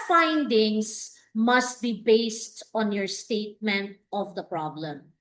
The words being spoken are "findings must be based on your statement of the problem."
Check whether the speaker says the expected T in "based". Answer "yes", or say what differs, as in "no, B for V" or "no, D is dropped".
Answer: yes